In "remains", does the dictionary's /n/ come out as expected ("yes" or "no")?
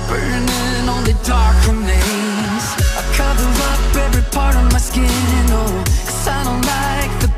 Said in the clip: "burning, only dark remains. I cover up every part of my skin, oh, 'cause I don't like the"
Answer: no